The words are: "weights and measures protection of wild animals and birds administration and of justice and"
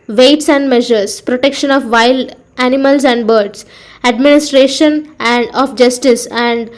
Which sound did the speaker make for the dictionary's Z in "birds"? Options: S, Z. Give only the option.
S